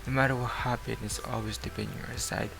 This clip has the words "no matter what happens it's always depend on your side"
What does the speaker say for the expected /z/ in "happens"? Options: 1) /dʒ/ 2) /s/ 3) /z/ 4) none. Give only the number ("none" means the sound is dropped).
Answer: 4